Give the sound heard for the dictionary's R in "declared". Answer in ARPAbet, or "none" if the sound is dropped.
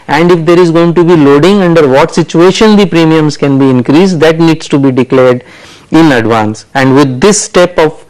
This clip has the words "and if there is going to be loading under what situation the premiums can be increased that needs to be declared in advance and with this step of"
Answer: R